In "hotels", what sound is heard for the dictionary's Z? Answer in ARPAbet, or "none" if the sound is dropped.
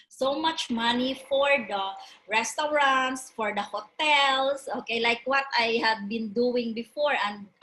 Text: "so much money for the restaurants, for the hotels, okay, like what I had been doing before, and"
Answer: S